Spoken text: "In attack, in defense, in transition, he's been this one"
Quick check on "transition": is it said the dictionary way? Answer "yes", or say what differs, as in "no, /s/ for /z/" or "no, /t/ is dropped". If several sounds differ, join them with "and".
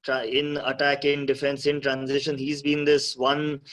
yes